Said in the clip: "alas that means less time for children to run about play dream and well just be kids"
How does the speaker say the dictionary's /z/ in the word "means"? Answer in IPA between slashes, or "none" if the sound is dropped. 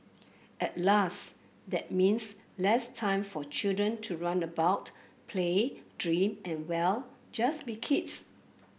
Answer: /s/